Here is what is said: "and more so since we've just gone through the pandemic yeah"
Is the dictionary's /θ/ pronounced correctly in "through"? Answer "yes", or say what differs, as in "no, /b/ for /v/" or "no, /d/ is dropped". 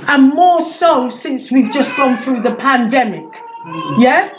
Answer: yes